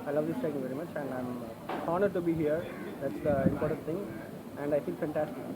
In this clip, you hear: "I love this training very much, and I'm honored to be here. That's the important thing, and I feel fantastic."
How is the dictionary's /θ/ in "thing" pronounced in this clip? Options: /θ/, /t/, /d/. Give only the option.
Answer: /t/